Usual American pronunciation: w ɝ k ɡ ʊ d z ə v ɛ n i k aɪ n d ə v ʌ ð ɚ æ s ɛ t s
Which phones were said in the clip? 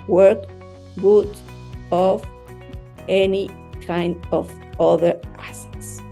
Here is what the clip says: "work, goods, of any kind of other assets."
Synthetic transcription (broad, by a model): w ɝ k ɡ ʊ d ə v ɛ n i k aɪ n d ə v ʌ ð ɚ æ s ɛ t s